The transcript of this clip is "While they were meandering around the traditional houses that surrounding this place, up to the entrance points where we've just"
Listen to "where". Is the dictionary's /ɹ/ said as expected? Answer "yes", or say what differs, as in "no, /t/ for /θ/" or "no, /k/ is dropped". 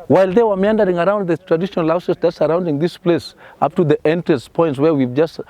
yes